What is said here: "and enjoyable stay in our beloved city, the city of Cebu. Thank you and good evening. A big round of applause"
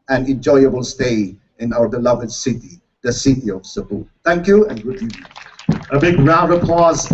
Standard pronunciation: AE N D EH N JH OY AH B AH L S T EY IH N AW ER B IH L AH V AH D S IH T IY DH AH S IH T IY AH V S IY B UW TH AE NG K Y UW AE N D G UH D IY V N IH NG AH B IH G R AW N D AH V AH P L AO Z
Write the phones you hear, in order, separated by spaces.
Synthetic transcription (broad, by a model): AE N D EH N JH OY AH B AH L S T EY IH N AW ER B IH L AH V AH D S IH T IY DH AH S IH T IY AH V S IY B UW T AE NG K Y UW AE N G UH D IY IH AH B IH G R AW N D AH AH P AO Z